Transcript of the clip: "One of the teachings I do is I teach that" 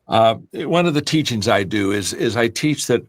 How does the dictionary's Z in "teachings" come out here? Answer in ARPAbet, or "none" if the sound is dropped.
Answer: Z